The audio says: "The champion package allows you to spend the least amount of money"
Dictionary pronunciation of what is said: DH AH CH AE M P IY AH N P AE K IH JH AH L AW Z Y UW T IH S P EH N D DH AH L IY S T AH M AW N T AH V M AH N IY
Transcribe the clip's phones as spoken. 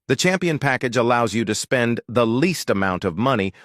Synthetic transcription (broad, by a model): DH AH CH AE M P IY AH N P AE K IH JH AH L AW Z Y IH T IH S P EH N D DH AH L IY S T AH M AW N T AH V M AH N IY